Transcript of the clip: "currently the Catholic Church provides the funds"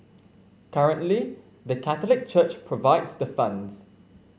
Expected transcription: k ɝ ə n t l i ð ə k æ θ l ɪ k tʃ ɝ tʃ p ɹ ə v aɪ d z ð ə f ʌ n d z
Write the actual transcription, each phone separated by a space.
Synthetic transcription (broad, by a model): k ɝ ə n t l i ð ə k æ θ l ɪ k tʃ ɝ tʃ p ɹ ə v aɪ d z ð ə f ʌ n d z